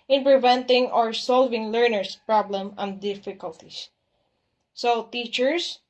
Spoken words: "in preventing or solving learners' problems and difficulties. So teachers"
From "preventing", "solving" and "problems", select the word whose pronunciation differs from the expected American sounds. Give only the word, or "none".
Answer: problems